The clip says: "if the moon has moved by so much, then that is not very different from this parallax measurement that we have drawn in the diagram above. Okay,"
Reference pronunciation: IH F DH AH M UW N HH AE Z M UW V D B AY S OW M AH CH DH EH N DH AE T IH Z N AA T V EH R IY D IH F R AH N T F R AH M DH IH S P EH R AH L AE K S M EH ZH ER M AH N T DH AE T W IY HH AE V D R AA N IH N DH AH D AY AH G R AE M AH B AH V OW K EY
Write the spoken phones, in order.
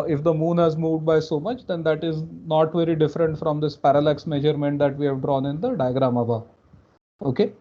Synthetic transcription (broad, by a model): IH F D AH M UW N HH AE Z M UW V D B AY S OW M AH CH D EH N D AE T IH Z N AA T V EH R IY D IH F R AH N T F R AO M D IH S P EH R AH L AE K S M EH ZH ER M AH N T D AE T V IY HH AE V D R AA N IH N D AH D AY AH G R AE M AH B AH OW K EY